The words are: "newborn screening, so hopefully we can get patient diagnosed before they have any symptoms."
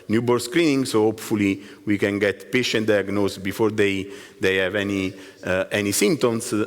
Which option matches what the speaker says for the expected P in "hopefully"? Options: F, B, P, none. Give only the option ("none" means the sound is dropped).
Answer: P